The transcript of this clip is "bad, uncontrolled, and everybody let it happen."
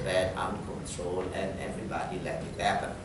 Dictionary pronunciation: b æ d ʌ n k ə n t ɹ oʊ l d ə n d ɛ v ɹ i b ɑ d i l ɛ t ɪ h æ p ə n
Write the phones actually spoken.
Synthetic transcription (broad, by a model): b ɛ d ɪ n k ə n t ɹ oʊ l ə n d ɛ v ɹ i b ɑ d i l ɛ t ɪ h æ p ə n